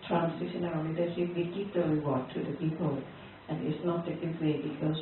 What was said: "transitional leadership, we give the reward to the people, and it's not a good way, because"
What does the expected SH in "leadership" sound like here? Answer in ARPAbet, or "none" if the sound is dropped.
S